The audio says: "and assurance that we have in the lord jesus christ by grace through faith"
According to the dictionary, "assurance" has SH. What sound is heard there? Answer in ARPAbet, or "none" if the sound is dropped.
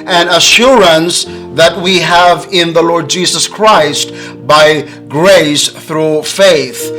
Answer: SH